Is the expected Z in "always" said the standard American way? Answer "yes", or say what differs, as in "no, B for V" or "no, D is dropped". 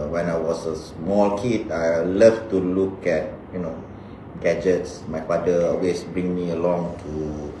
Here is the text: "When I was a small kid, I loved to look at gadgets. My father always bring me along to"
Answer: no, S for Z